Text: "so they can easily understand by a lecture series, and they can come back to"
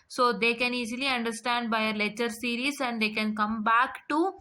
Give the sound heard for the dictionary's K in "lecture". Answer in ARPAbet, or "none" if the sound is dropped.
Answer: none